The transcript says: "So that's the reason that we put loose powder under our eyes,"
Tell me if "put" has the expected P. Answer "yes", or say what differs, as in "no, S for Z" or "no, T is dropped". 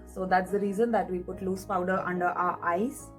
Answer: yes